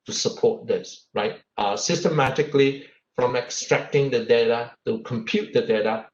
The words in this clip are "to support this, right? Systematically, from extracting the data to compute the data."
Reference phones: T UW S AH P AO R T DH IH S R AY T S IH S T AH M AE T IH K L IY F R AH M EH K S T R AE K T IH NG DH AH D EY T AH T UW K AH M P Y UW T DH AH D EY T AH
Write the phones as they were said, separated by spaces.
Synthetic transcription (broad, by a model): T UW S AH P AO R T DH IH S R AY T S IH S T AH M AE T IH K L IY F R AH M EH K S T R AE K T IH NG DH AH D EY T AH T UW K AH M P Y UW T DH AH D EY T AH